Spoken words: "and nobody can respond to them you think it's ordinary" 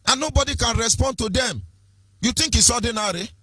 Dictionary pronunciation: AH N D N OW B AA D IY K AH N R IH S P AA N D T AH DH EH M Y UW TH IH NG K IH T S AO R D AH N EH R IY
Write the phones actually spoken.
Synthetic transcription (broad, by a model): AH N N OW B AA D IY K AH N R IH S P AA N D T AH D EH M Y UW T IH NG K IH S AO D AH N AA R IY